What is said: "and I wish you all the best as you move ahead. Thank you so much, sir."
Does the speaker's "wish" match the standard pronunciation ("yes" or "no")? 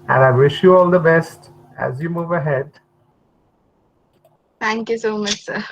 yes